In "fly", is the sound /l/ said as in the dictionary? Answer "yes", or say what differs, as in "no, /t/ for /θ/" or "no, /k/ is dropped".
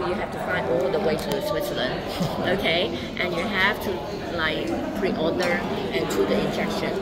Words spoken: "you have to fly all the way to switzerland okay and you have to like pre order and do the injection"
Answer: no, /l/ is dropped